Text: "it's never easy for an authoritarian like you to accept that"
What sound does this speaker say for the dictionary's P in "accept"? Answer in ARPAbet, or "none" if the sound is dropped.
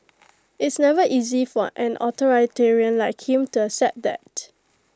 none